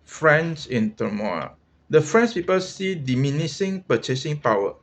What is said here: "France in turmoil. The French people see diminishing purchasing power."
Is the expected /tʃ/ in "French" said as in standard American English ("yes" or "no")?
no